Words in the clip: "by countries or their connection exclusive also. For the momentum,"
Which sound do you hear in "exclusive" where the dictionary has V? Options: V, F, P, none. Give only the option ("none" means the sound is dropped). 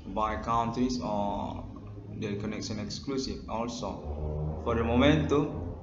F